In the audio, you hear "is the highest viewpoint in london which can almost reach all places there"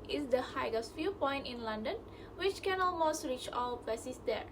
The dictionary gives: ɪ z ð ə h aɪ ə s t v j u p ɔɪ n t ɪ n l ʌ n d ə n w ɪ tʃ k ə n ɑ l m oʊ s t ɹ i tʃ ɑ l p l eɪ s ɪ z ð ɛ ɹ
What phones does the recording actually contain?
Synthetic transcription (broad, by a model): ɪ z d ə h aɪ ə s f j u p ɔɪ n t ɪ n l ʌ n d ə n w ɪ tʃ k ə n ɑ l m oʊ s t ɹ i tʃ ɑ l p eɪ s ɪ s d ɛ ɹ